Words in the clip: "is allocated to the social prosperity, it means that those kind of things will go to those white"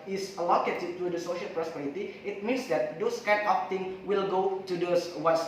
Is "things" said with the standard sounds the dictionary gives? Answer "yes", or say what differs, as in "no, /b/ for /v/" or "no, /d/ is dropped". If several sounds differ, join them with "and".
no, /z/ is dropped